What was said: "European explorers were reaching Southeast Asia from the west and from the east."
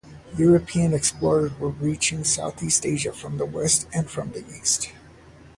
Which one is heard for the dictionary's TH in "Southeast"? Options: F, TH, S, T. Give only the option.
TH